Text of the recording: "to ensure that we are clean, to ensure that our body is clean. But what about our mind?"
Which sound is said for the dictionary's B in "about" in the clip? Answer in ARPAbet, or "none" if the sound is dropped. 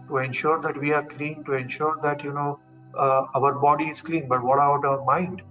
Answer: none